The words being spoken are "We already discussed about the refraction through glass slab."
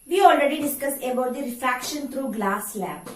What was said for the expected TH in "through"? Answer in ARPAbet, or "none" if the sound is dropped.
T